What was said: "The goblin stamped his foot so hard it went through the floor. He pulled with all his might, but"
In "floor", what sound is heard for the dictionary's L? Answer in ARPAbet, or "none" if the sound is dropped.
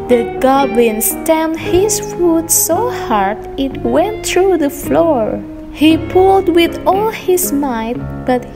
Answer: L